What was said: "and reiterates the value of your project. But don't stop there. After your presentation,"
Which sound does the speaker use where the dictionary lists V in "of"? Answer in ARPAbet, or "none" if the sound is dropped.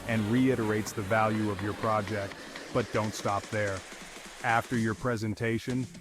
V